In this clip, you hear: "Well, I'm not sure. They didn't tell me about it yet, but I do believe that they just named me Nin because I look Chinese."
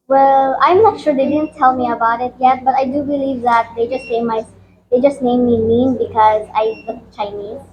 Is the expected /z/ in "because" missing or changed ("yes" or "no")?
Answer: no